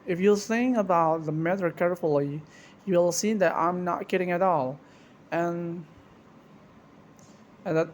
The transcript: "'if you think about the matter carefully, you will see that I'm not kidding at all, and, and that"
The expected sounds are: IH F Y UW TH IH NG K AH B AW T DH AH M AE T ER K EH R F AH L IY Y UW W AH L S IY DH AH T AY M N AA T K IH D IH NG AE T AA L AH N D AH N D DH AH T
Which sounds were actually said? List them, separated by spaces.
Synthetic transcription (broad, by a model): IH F Y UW S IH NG AH B AW T DH AH M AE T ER K EH R F AH L IY Y UW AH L S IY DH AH T AY M N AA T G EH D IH NG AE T AA L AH N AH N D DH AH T